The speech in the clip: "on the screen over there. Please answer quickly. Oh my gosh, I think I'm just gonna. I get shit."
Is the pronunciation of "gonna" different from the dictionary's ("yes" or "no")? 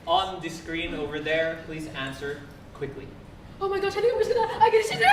yes